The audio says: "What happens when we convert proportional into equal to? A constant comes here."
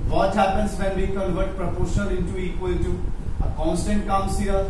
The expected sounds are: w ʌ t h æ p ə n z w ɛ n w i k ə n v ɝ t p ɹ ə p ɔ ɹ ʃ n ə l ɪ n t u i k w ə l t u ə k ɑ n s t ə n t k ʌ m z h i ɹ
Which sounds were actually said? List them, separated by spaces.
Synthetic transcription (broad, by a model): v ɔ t h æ p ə n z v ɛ n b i k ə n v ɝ t p ɹ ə p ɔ ɹ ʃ ə n ɪ n t u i k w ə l t u ə k ɑ n s t ə n t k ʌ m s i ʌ